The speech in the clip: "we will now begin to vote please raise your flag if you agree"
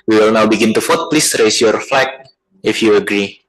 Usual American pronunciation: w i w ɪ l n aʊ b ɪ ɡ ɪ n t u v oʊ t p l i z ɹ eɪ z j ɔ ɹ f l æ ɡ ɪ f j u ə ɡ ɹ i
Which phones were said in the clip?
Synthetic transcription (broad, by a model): w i w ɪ l n aʊ b ɪ ɡ ɪ n t u f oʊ t p l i s ɹ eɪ s j ɔ ɹ f l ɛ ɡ ɪ f j u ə ɡ ɹ i